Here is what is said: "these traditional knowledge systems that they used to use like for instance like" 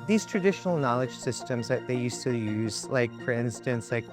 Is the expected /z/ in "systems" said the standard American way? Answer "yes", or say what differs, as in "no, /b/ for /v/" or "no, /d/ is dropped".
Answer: yes